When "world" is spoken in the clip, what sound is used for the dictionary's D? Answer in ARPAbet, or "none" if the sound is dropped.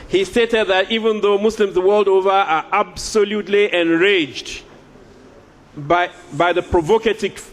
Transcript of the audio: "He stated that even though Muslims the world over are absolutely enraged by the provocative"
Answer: D